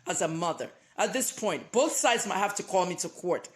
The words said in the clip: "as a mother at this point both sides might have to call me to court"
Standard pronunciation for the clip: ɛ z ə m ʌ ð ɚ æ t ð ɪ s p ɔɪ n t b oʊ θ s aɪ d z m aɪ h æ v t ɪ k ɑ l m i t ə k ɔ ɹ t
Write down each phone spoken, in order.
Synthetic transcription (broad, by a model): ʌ z ə m ʌ ð ɚ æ t ð ɪ s p ɔɪ n t b oʊ θ s aɪ d z m aɪ h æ f t ɪ k ɑ l m i t ə k ɔ ɹ t